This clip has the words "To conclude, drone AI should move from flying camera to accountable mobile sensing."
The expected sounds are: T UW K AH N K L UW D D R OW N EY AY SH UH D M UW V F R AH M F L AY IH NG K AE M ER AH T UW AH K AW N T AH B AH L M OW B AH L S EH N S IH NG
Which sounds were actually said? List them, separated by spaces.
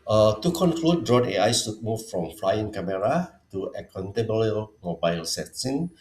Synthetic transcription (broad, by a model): T UW K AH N K L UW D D R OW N EY AY S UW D M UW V F R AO M F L AY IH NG K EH M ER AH T UW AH K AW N T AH B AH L M OW B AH L S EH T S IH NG